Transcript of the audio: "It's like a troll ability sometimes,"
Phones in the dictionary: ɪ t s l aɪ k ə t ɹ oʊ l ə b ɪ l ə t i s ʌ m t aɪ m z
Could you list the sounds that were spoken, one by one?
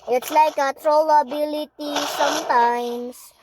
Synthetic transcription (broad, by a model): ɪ t s l aɪ k ə t ɹ oʊ l ə b ɪ l ə t i s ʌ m t aɪ m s